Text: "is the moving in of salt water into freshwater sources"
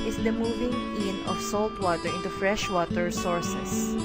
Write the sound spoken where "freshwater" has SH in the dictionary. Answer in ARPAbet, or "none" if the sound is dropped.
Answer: SH